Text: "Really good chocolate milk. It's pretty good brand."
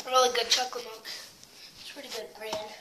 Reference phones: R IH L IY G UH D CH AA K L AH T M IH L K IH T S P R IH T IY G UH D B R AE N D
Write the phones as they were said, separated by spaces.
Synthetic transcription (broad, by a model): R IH L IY G UH D CH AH K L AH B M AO K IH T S P R IH T IY G UH D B R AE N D